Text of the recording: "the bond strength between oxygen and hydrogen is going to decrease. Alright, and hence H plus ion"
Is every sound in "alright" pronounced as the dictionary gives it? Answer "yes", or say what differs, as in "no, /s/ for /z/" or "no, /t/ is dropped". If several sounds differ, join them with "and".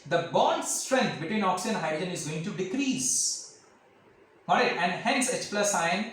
no, /l/ is dropped